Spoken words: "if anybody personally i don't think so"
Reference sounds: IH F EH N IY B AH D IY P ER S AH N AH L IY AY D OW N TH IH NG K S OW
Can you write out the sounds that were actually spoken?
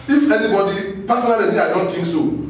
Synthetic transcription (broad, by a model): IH F EH N IY B AH D IY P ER S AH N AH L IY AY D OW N T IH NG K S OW